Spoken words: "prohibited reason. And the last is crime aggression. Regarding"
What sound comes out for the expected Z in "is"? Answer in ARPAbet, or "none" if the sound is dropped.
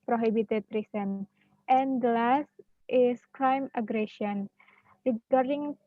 S